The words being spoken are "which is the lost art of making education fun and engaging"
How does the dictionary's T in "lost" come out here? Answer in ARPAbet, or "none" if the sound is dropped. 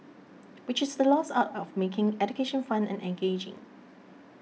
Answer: none